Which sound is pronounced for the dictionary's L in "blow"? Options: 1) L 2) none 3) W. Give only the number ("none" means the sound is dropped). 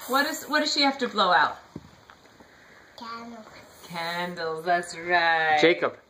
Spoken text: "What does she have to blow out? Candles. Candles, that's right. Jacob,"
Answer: 1